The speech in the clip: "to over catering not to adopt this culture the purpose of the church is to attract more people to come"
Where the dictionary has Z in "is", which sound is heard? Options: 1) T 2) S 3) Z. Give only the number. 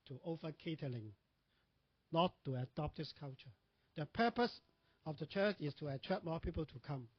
2